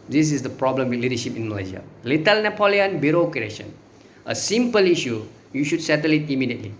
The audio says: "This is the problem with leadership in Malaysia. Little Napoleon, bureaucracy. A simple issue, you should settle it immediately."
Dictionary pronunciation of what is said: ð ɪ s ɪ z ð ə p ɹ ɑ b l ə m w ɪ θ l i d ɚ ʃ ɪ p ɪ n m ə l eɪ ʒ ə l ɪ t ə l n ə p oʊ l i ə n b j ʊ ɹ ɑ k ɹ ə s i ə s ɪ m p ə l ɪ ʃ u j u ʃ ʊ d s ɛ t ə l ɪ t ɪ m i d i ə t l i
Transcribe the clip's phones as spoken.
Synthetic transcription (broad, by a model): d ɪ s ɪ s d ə p ɹ ɑ b l ə m w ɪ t l i d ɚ ʃ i p ɪ n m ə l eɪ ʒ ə l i t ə l n ə p oʊ l i ə n b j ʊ ɹ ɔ k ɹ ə ʃ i ə s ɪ m p ə l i ʃ u j u ʃ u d s ɛ t ə l ɪ t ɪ m i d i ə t l i